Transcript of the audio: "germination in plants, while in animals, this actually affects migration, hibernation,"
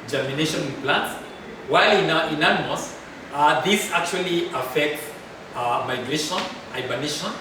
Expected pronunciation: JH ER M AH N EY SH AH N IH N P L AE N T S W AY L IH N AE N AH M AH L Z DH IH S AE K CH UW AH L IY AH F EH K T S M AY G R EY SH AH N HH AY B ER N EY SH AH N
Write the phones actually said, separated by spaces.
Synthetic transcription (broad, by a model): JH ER M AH N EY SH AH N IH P L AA N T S W AY L IH N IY N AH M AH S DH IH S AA K CH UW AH L IY AH F EH K T S M AY G R EY SH AH N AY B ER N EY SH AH N